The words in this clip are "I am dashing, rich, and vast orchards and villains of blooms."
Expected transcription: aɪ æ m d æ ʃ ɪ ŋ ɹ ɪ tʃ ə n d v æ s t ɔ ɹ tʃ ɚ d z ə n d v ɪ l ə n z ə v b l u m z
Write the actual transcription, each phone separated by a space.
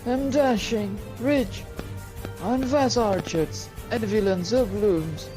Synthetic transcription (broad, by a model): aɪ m d æ ʃ ɪ ŋ ɹ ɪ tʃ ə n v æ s ɔ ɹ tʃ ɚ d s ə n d v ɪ l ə n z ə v b l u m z